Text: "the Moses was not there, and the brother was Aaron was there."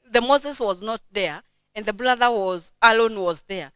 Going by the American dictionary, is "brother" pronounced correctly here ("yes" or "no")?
no